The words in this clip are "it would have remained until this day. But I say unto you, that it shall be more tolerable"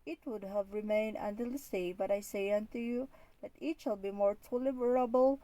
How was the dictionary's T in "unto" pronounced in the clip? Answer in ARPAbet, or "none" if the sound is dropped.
T